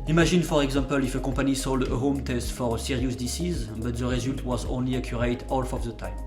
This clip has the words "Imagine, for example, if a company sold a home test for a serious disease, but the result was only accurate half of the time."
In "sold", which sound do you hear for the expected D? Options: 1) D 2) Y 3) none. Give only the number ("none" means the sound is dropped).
1